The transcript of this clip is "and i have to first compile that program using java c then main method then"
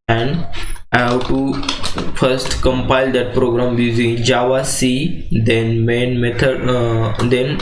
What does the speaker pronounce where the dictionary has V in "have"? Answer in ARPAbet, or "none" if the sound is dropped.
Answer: W